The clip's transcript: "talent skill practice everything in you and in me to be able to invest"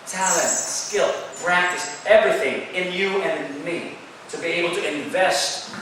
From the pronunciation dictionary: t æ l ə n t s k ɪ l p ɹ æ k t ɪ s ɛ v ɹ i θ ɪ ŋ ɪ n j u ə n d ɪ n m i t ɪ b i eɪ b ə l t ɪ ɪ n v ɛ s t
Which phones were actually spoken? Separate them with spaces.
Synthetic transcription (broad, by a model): t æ l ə n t s k ɪ l p ɹ æ k t ɪ s ɛ v ɹ i θ ɪ ŋ ɪ n j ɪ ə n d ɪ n m i t ɪ b i eɪ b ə l t ɪ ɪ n v ɛ s t